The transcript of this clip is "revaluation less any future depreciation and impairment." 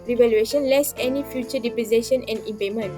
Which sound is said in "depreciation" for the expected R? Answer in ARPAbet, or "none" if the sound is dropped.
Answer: none